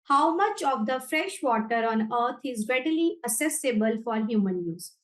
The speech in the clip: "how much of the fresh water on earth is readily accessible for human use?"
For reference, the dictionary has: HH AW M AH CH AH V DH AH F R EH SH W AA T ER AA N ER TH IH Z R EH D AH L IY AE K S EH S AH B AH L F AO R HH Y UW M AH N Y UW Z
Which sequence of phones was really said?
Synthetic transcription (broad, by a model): HH AW M AH CH AH V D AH F R EH SH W AA T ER AA N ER T IH Z R EH D AH L IY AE S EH S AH B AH L F AO R HH Y UW M AH N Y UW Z